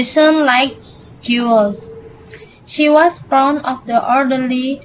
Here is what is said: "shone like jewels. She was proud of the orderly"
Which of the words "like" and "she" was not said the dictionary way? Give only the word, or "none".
none